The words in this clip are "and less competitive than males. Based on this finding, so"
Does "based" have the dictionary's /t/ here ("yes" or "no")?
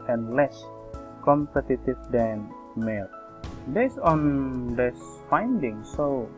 no